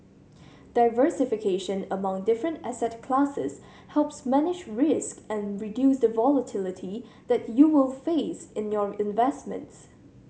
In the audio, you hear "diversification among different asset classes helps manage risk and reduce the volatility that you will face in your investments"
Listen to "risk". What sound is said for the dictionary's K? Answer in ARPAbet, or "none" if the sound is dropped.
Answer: K